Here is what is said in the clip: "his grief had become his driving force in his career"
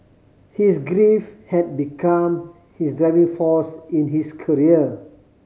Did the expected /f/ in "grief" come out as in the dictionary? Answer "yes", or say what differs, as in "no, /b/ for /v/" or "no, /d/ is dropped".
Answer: yes